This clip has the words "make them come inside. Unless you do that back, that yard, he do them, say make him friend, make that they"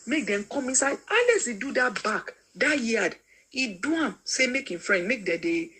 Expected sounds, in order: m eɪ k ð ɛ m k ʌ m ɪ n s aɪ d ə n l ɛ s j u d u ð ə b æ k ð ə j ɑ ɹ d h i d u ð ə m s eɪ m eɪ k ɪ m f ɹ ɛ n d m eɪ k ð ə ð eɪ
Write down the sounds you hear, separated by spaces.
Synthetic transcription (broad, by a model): m eɪ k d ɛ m k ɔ m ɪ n s aɪ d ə l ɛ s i d u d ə b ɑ k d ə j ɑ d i d u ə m s eɪ m eɪ k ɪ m f ɹ ɛ n d m eɪ k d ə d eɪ